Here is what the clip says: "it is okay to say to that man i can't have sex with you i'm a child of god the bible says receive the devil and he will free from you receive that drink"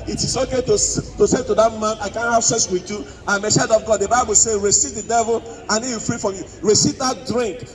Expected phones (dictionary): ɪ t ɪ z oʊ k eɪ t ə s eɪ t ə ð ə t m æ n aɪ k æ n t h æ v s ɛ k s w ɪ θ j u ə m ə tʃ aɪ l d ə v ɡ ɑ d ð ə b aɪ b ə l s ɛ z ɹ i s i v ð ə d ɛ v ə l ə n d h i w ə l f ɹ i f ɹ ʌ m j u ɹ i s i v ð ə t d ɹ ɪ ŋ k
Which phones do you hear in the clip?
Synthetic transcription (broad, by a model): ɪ t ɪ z oʊ k eɪ t ə s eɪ t ə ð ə t m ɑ n aɪ k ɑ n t h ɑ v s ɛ s w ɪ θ j u ə m ə s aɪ d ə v ɡ ɑ d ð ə b aɪ b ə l s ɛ ɹ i s i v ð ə d ɛ v ə l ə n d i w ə f ɹ i f ɹ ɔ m j u ɹ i s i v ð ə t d ɹ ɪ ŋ k